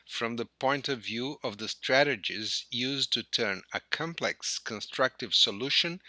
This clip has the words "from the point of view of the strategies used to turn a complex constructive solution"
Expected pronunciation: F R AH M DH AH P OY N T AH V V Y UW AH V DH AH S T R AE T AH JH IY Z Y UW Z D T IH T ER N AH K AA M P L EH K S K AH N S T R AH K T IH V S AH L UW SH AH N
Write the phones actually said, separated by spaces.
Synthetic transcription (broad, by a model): F R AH M DH AH P OY N T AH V V Y UW AH V DH AH S T R AE T AH JH IY Z Y UW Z T IH T ER N AH K AA M P L EH K S K AH N S T R AH K T IH V S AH L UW SH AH N